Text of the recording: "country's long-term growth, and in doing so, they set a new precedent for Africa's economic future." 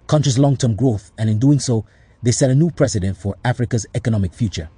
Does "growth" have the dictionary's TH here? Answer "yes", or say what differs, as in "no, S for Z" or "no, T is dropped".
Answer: yes